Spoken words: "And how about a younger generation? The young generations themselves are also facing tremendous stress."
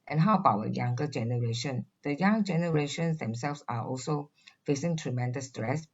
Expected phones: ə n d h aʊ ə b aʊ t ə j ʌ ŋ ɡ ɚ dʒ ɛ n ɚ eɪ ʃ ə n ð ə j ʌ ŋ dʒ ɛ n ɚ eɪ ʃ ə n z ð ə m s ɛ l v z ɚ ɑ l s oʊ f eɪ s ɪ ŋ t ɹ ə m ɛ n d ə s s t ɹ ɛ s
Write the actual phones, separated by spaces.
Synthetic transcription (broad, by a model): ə n h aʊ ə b aʊ ə j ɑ ŋ ɡ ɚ dʒ ɛ n ɚ eɪ ʃ ə n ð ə j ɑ ŋ dʒ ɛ n ɚ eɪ ʃ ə n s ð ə m s ɛ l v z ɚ ɑ l s oʊ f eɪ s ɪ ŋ t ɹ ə m ɛ n d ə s s t ɹ ɛ s